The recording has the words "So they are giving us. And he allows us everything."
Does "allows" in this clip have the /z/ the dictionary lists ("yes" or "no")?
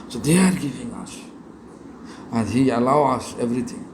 no